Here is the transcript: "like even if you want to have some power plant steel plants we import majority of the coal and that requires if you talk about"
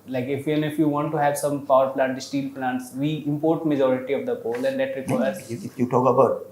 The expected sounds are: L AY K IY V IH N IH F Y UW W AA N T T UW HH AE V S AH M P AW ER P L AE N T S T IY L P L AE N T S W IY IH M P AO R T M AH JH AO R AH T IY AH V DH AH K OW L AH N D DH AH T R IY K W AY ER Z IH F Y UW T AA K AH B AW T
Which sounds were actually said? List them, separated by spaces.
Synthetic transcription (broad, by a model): L AY K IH F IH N IH F Y UW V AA N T T UW HH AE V S AH M P AW ER P L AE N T S T IY L P L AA N T S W IY IH M P AO R T M AH JH AO R AH T IY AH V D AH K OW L AH N D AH T R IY K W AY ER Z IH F Y UW T AA K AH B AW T